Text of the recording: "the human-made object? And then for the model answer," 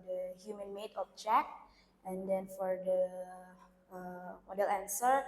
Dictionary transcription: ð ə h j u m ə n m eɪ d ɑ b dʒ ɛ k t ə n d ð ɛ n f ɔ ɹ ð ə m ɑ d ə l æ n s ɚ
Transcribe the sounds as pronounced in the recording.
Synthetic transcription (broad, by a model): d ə h j u m ə n m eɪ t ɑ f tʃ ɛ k ə n d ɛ n f ɔ ɹ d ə m ɑ d ə l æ n s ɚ